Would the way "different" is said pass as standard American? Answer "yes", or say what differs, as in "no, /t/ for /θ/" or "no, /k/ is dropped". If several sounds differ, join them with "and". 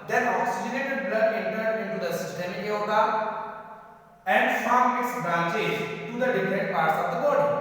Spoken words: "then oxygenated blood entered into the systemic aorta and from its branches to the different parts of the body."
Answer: yes